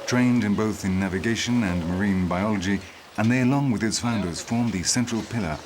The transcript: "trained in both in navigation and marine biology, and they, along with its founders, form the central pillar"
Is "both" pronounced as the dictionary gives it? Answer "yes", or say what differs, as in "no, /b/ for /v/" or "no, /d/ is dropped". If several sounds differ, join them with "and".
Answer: yes